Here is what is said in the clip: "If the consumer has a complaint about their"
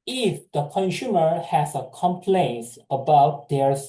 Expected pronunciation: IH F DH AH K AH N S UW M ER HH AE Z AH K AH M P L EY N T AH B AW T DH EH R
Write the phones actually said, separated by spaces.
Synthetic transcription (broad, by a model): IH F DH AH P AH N SH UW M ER HH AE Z AH K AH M P L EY N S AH B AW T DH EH R